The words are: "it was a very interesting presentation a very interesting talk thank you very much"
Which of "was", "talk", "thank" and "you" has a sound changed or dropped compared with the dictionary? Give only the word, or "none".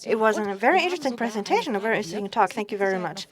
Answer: none